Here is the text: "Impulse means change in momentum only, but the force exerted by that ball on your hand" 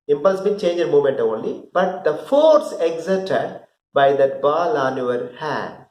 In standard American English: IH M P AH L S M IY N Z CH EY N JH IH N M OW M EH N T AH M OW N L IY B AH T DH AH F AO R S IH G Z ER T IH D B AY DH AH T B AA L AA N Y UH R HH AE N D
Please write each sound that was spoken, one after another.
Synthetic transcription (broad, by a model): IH M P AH L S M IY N CH EY N JH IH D M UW M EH N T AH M OW N L IY B AH T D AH F AO R S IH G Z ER T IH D B AY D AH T B AA L AA N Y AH R HH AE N D